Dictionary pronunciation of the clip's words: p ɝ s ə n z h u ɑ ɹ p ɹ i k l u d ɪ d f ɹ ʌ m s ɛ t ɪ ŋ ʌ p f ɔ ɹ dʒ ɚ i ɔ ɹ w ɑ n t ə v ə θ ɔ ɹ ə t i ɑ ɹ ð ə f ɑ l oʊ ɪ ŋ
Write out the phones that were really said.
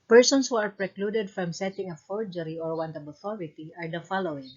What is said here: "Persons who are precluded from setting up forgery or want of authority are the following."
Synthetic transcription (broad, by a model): p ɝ s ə n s h u ɑ ɹ p ɹ i k l u d ɪ d f ɹ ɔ m s ɛ t ɪ ŋ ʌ f ɔ ɹ dʒ ɚ i ɔ ɹ w ɑ n t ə b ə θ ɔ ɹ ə t i ɑ ɹ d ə f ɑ l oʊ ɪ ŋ